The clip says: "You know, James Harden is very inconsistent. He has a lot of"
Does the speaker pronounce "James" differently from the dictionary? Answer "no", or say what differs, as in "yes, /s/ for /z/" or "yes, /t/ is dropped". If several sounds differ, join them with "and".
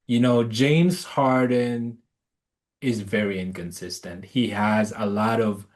no